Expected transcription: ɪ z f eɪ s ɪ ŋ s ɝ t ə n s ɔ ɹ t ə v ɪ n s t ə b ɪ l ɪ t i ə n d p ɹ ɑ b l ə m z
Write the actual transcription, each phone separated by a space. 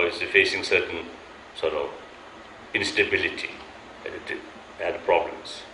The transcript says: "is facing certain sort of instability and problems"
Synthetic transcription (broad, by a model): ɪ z f eɪ s ɪ ŋ s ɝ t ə n s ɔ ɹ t ə v ɪ n s t ə b ɪ l ɪ t i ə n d p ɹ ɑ b l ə m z